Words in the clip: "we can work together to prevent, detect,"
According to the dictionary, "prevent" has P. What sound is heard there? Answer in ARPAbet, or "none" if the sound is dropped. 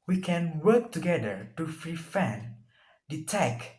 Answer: F